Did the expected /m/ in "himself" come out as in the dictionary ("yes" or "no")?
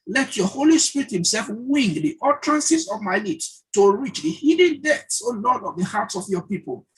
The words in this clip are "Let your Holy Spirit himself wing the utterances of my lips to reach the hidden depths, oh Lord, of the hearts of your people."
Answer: yes